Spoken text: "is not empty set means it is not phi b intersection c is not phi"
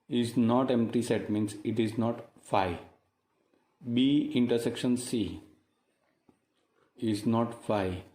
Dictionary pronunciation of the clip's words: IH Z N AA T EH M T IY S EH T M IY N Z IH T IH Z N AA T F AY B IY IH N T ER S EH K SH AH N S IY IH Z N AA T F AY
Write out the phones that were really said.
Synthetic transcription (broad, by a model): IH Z N AA T EH M T IY S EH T M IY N S IH T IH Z N AA T F AY B IY IH N T ER S EH K SH AH N S IY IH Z N AA T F AY